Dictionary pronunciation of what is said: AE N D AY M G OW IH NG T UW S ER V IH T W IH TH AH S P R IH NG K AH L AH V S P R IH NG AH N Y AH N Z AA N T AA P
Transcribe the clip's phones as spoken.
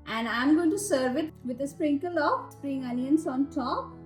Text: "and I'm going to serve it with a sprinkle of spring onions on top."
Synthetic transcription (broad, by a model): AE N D AY M G OW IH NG T UW S ER V IH T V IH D AH S P R IH NG K AH L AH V S P R IH NG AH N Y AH N S AA N T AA P